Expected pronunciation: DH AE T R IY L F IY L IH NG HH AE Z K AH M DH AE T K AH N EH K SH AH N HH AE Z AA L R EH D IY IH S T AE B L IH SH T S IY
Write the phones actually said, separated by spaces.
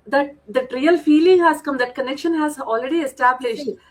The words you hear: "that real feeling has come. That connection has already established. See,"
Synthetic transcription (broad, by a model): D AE T R IY L F IY L IH NG HH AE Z K AH M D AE T K AH N EH K SH AH N HH AE Z AA L R EH D IY IH S T AE B L IH SH T